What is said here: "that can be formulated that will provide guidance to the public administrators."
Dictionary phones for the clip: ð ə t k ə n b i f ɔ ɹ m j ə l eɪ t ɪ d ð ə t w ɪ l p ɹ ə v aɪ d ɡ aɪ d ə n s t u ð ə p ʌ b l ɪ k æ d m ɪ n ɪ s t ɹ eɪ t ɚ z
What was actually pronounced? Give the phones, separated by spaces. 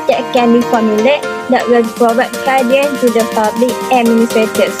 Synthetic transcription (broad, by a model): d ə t k ə n b i f ɔ m j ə l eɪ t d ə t w ɪ l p ɹ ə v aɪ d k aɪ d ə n t u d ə p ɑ b l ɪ k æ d m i n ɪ s t ɹ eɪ t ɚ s